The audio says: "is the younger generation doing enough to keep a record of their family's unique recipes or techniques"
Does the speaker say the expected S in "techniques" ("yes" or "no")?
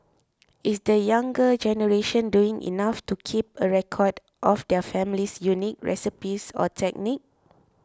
no